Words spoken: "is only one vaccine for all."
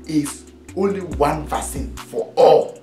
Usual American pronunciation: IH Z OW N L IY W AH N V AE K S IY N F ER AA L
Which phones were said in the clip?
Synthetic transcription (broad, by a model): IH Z OW N L IY W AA N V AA S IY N F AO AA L